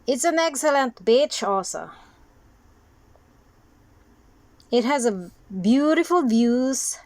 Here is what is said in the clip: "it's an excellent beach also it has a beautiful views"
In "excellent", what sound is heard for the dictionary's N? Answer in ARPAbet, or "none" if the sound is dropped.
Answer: N